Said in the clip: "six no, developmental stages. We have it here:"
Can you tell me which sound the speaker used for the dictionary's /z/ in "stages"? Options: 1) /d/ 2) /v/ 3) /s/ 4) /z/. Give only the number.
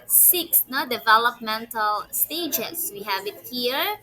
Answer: 3